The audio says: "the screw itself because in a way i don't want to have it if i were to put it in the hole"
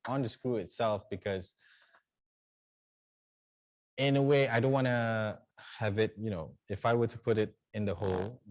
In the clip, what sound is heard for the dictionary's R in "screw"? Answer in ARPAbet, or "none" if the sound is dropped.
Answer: none